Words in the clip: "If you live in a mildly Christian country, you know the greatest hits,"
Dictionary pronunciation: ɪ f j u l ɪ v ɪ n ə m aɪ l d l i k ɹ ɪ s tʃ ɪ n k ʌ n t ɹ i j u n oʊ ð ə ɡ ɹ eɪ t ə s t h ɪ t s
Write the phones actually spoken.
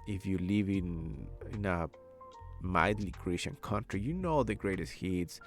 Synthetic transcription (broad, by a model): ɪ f j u l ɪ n ɪ n ə m aɪ d l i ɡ ɹ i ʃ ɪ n k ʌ n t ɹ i j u n oʊ ð ə ɡ ɹ eɪ t ə s t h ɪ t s